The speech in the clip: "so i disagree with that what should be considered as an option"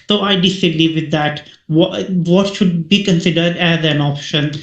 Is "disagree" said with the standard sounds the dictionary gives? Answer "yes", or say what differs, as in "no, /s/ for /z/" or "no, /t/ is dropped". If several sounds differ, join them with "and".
no, /l/ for /ɹ/